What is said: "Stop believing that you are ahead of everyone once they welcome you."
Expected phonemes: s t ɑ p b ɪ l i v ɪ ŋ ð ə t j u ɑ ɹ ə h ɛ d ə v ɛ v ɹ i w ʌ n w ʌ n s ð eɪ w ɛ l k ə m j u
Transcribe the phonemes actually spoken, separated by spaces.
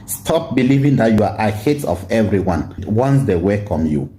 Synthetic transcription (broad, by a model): s t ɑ p b ɪ l i v ɪ ŋ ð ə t j u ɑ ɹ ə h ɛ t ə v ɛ v ɹ i w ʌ n w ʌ n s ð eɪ w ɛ k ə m j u